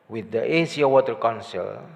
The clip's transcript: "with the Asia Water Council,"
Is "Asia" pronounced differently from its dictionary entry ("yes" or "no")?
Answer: yes